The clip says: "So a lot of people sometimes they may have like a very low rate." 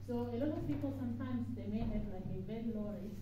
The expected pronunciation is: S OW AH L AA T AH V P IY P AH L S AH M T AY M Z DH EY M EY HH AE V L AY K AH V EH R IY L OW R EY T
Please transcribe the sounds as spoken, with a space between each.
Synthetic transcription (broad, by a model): S OW AH L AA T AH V P IY P AH L S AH M T AY M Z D EY M EY HH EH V L AY K AH B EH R L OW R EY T